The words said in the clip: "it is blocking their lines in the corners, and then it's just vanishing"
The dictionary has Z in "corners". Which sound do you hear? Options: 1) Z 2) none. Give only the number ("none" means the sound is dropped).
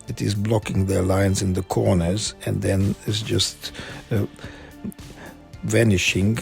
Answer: 1